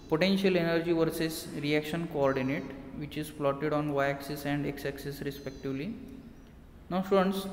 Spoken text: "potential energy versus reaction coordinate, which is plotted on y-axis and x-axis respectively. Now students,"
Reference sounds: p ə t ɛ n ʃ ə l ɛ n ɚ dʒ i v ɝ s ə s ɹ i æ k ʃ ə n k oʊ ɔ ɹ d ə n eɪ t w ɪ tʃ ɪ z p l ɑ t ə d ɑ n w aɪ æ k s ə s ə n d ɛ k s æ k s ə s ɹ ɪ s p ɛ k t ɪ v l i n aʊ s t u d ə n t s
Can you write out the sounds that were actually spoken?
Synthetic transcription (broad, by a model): p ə t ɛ n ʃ ə l ɛ n ɚ dʒ i v ɝ s ə s ɹ i æ k ʃ ə n k oʊ ɔ ɹ d ə n eɪ t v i tʃ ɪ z f l ɑ t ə d ɑ n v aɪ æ k s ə s ə n d ɛ k s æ k s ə s ɹ ɪ s p ɛ k t ɪ v l i n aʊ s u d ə n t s